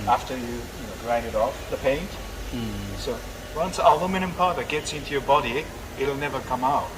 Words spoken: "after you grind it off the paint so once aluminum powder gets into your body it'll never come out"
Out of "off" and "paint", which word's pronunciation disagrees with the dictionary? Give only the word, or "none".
none